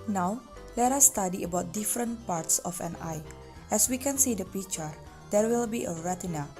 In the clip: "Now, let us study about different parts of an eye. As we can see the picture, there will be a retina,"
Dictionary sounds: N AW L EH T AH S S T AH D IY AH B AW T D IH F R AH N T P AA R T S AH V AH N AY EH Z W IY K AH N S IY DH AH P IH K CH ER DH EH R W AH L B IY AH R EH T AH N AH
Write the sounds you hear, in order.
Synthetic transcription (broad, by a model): N AW L EH T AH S S T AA D IY AH B AW T D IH F R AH N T P AA R T S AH F AH N AY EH S W IY K AH N S IY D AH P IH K CH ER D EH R W AH L B IY AH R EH T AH N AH